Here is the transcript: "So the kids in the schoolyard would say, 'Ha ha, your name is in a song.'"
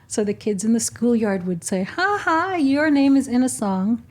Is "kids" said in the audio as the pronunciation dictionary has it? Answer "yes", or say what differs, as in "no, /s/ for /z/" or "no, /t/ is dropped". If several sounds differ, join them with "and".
yes